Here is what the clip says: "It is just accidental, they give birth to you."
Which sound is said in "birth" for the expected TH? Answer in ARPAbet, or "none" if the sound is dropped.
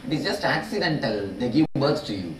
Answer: T